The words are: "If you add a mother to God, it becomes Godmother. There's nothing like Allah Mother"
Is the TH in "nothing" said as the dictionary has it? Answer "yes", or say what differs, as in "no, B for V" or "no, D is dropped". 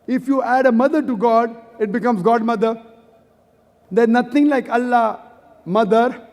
no, T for TH